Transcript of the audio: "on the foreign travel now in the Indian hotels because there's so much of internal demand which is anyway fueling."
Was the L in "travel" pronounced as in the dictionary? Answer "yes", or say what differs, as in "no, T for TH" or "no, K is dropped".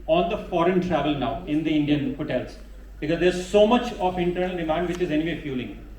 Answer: yes